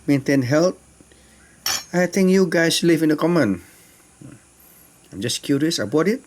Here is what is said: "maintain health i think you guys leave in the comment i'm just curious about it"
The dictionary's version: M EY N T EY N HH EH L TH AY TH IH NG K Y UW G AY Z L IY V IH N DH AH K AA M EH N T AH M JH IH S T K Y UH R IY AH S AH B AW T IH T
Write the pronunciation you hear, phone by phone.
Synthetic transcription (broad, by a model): M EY N T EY N HH EH L T AY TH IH NG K Y UW G AY S L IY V IH N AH K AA M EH N AH M JH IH S K Y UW R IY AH S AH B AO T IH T